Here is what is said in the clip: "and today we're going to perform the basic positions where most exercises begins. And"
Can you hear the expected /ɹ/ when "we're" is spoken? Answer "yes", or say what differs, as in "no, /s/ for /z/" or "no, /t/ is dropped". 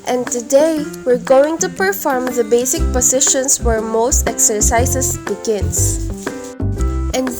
yes